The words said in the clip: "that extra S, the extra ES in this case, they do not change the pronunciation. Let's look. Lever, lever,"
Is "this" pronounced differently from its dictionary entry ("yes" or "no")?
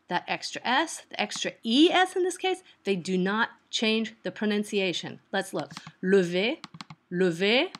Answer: no